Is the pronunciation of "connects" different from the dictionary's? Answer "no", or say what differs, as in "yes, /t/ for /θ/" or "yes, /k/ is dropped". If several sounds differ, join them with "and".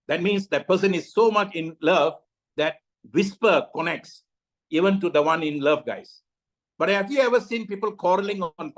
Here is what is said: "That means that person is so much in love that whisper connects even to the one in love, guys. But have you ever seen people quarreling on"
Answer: no